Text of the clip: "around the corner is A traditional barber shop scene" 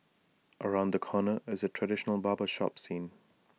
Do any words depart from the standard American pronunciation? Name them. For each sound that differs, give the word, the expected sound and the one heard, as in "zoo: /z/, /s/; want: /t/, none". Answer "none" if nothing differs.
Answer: none